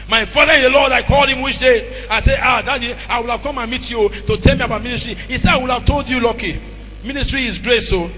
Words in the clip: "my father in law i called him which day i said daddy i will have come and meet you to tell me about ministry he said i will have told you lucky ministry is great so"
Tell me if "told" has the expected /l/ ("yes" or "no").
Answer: yes